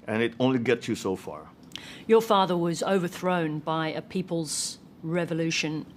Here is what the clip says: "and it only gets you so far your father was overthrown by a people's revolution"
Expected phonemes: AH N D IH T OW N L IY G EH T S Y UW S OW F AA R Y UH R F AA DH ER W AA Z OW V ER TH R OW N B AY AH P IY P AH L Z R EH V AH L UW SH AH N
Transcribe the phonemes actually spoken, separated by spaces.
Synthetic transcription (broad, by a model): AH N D IH T OW N L IY G EH T S Y UW S OW F AA R Y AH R F AA DH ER W AA Z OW V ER TH R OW N B AY AH P IY P AH L Z R EH V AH L UW SH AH N